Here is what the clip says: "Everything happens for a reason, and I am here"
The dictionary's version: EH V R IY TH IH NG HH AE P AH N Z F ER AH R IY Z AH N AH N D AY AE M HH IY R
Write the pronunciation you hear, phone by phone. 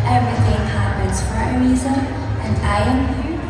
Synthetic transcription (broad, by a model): EH V R IY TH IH NG HH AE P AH N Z F ER AH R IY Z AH AH N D AY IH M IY